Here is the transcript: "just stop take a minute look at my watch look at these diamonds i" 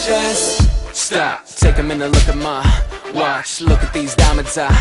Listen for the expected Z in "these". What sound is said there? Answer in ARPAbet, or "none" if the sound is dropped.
Z